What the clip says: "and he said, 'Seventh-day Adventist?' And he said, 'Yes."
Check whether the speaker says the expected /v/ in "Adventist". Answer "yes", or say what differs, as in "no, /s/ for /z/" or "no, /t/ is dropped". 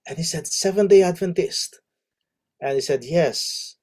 yes